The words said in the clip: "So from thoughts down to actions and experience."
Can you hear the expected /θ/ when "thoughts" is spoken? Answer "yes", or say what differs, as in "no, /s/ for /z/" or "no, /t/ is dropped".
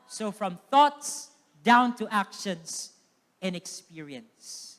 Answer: yes